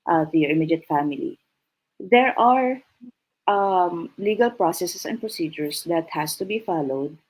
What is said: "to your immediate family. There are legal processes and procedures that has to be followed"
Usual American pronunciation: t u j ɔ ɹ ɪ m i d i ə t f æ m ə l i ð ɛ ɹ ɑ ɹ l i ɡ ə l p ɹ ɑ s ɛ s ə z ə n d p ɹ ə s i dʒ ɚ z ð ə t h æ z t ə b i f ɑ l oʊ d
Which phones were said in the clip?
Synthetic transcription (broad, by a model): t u j ɔ ɹ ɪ m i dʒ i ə t f æ m ə l i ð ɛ ɹ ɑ ɹ l i ɡ ə l p ɹ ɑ s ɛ s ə s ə n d p ɹ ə s i dʒ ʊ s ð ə t h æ s t ə b i f ɑ l oʊ d